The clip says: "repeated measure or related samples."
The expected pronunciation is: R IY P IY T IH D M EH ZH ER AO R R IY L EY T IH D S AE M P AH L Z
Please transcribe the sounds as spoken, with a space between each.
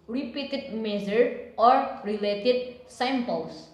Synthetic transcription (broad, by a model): R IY P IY T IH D M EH Z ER AO R R IY L EY T IH D S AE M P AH L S